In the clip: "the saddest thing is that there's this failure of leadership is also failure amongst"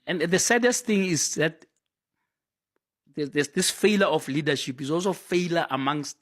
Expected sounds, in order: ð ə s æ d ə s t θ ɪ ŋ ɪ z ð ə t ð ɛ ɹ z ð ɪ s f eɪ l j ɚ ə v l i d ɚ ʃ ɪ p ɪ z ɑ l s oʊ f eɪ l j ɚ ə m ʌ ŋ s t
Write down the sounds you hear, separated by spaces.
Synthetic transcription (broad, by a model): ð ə s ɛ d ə s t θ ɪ ŋ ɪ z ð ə t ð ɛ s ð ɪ s f eɪ l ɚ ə f l i d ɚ ʃ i p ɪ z ɑ l s oʊ f eɪ l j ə m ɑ ŋ s t